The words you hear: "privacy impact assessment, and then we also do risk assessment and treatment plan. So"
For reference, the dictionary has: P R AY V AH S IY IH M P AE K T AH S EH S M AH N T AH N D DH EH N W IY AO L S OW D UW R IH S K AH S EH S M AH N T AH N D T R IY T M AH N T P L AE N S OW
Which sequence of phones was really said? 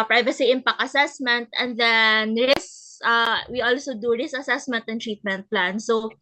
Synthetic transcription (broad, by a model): P R AY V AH S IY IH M P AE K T AH S EH S M AH N T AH N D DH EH N W IY AO L S OW D UW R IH S AH S EH S M AH N T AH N T R IY T M AH N T P L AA N S OW